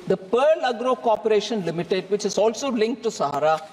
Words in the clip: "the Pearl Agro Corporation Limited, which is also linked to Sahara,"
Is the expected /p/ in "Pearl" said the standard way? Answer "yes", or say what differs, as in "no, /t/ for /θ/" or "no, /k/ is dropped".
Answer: yes